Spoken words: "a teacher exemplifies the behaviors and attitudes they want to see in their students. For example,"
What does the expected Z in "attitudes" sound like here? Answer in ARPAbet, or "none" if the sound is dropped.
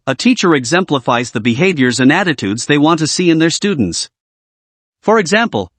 Z